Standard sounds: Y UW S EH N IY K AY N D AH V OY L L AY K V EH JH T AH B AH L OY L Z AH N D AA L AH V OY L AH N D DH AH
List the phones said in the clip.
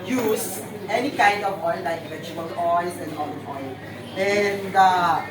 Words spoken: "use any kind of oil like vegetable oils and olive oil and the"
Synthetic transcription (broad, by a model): Y UW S EH N IY K AY N D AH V OY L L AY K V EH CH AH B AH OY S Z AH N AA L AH OY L AH N D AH